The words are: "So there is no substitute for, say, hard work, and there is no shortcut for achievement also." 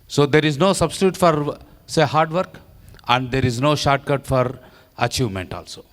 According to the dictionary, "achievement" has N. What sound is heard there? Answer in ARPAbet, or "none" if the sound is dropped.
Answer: N